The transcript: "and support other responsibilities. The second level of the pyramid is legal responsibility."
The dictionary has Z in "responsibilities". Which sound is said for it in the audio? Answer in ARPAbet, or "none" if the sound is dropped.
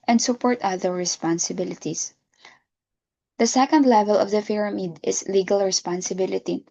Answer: S